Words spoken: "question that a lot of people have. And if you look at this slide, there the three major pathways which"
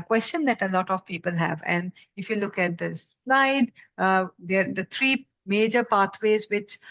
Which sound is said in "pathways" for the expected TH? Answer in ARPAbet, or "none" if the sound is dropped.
T